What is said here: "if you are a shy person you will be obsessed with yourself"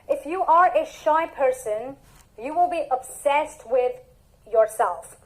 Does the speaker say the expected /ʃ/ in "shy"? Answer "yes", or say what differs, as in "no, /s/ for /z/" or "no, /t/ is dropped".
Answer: yes